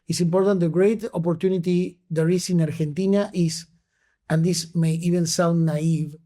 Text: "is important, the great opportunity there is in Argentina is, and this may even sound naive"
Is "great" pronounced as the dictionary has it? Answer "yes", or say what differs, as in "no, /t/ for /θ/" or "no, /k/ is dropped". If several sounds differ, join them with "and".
yes